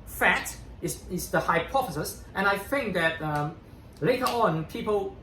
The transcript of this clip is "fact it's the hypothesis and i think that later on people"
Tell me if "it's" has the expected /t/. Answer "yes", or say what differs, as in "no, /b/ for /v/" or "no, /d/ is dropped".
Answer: no, /s/ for /t/